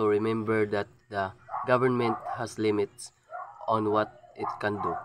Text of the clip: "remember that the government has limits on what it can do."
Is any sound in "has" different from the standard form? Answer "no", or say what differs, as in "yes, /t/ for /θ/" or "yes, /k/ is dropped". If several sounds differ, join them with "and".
yes, /s/ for /z/